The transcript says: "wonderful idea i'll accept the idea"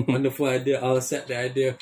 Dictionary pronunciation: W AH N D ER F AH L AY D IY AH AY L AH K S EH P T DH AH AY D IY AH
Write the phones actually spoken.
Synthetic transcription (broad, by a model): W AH N D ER F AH L AY D IY AH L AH S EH T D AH AY D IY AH